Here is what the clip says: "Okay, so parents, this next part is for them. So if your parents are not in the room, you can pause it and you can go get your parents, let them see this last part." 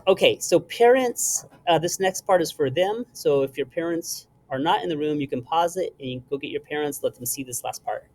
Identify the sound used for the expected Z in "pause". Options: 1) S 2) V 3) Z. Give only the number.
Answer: 3